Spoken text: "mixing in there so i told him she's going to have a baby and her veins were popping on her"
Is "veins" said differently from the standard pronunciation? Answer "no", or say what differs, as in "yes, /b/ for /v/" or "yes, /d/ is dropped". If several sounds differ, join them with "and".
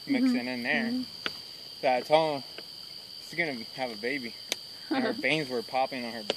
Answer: yes, /b/ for /v/